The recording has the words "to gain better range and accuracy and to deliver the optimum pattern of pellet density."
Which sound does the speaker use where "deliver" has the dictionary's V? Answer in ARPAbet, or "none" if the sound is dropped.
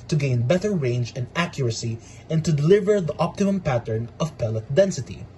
V